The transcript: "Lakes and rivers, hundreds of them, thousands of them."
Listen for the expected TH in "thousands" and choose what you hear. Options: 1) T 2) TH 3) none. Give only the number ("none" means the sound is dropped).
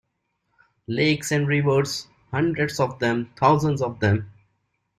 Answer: 1